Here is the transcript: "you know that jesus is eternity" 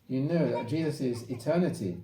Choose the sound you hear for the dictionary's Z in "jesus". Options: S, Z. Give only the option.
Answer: Z